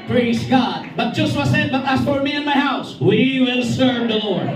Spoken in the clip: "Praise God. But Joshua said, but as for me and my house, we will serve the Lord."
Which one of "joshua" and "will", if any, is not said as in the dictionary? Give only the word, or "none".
joshua